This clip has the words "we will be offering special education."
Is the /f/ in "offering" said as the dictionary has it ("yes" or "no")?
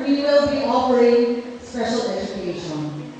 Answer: no